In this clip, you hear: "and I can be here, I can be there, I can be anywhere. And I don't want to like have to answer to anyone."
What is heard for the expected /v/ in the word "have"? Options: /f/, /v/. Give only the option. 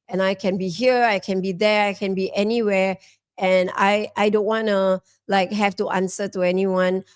/f/